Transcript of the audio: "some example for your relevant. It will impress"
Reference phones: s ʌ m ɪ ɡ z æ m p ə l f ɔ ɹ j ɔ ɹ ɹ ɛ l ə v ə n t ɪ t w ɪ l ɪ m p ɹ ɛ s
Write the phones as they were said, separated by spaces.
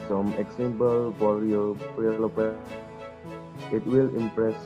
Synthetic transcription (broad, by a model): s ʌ m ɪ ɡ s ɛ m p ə l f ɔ ɹ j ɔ ɹ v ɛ l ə p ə t ɪ t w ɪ l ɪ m p ɹ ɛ s